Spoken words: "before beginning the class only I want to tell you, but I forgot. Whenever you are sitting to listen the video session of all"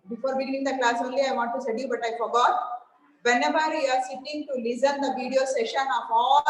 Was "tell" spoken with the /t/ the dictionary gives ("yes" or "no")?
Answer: no